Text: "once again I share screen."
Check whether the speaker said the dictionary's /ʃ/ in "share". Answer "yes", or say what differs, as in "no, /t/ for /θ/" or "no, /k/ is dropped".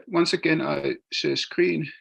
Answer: no, /s/ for /ʃ/